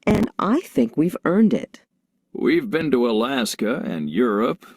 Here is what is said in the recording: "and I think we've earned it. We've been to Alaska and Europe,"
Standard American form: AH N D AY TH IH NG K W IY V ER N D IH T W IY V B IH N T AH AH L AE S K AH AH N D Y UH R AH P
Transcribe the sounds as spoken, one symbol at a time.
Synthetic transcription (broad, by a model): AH N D AY TH IH NG K W IY V ER N D IH T W IY V B IH N T AH AH L AE S K AH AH N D Y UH R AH P